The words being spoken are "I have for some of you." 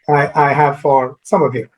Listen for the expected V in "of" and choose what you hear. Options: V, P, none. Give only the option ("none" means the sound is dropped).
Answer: V